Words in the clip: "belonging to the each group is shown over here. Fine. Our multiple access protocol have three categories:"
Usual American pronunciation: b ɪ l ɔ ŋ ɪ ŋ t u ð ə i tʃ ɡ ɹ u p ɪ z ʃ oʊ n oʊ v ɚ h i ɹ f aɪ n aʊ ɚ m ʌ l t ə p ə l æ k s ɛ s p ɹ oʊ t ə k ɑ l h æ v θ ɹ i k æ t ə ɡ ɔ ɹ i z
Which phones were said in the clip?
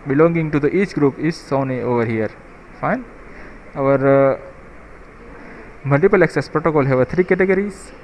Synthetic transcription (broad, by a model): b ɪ l ɔ ŋ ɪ ŋ t u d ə i tʃ ɡ ɹ u p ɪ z s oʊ n oʊ v ɚ h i ɹ f aɪ n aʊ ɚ m ʌ l t ə p ə l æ k s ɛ s p ɹ oʊ t ə k ɑ l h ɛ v t ɹ i k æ t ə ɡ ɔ ɹ i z